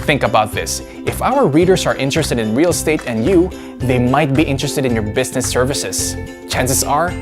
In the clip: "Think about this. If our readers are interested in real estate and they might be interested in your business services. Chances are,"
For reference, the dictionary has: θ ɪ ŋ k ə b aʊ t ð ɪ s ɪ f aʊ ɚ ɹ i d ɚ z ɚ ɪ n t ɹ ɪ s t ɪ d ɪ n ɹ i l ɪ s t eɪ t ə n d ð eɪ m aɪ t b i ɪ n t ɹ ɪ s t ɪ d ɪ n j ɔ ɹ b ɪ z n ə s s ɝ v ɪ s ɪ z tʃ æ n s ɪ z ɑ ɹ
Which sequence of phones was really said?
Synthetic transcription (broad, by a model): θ ɪ ŋ k ə b aʊ t ð ɪ s ɪ f aʊ ɚ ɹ i d ɚ s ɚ ɪ n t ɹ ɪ s t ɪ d ɪ n ɹ i l s t eɪ t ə n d ð eɪ m aɪ t b i ɪ n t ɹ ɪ s t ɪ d ɪ n j ɔ ɹ b ɪ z n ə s s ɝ v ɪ s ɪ s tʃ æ n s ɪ s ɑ ɹ